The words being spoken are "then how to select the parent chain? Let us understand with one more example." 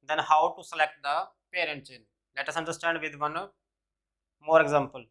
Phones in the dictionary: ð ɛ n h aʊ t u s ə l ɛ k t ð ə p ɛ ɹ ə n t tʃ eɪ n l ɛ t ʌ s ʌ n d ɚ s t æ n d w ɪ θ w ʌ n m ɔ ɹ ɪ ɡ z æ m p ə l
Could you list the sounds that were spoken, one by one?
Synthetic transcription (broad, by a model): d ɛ n h aʊ t u s ə l ɛ k t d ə p ɛ ɹ ə n t s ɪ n l ɛ t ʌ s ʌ n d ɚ s t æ n d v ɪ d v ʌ n m ɔ ɹ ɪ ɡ z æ m p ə l